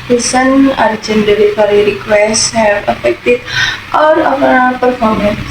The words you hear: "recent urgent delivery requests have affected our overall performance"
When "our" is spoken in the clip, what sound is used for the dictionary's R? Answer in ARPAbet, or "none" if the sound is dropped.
R